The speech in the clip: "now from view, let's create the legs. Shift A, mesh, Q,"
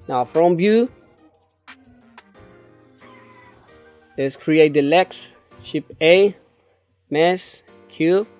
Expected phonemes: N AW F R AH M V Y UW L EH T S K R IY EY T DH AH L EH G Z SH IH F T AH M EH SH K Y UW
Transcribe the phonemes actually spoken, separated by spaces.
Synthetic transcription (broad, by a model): N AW F R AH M B Y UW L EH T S K R IY EY T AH L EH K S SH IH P AH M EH S K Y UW